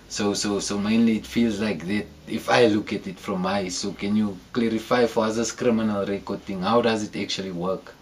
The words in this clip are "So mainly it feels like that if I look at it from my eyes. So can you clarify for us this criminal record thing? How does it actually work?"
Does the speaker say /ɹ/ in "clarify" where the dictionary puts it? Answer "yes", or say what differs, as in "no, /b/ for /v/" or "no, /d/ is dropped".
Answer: yes